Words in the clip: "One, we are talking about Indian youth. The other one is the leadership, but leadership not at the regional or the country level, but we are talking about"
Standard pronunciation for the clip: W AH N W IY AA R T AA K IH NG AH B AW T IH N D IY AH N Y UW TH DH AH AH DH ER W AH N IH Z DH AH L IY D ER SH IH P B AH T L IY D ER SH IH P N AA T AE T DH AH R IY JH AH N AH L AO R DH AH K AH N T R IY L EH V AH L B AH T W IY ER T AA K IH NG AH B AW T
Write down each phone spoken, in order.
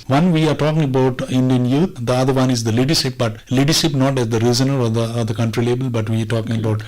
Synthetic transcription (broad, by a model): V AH N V IY AA R T AA K IH NG AH B AW T IH N D IY AH N Y UW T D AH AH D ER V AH N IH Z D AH L IY D ER SH IH P B AH T L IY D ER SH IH P N AA T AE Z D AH R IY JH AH N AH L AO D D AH K AH N T R IY L EH B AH L B AH T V IY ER T AA K IH NG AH B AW T